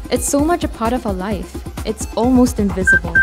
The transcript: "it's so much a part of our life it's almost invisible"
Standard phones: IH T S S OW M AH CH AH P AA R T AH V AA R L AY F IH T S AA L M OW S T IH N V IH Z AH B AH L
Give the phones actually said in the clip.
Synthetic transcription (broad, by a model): IH T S S OW M AH CH AH P AA R T AH V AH L AY F IH T S AA L M OW S T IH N V IH Z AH B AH L